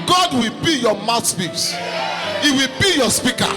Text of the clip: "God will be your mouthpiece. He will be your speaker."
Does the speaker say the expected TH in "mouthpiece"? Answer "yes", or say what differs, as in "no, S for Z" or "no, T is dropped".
no, S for TH